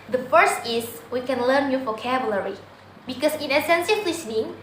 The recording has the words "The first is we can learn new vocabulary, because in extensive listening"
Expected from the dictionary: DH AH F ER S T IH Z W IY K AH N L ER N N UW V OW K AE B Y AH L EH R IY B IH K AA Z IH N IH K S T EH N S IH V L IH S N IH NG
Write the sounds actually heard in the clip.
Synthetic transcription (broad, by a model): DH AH F ER S T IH S W IY K AH N L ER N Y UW F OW K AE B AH L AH R IY B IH K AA S IH N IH S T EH N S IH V L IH S N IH NG